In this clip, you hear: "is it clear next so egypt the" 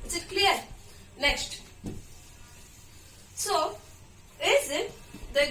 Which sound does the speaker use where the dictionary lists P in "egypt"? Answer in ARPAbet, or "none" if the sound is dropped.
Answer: none